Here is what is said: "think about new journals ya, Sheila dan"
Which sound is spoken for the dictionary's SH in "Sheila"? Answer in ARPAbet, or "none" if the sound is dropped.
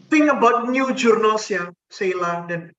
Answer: S